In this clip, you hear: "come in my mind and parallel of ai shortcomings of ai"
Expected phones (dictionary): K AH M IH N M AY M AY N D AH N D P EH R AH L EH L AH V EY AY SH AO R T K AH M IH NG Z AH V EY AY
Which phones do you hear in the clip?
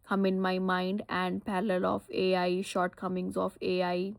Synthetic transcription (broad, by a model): K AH M IH N M AY M AY N D AH N D P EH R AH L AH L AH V EY AY SH AO R T K AH M IH NG Z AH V EY AY